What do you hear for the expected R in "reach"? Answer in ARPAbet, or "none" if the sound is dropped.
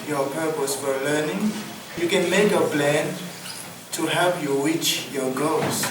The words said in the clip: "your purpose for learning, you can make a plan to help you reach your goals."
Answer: W